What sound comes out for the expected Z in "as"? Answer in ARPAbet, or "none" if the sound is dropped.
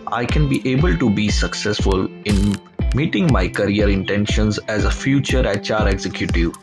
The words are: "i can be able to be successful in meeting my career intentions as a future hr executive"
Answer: Z